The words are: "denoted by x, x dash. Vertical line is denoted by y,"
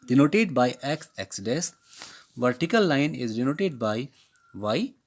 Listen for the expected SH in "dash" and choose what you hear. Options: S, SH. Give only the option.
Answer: S